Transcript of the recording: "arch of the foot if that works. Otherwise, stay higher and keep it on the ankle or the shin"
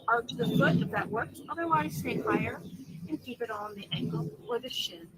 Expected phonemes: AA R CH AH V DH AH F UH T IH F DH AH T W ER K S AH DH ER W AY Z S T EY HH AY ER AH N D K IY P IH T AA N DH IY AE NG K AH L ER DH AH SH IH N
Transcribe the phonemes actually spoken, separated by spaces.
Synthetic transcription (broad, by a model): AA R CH DH AH F UH T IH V DH AH T W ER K AH DH ER W AY Z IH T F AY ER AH N K IY P IH T N DH IY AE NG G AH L ER DH AH SH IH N